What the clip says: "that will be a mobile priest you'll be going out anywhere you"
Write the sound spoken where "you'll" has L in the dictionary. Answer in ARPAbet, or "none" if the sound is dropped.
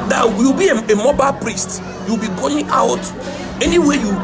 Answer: W